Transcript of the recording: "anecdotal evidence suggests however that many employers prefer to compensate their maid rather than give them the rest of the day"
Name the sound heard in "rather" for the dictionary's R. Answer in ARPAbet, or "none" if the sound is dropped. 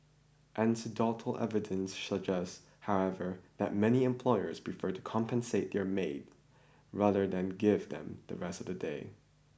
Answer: R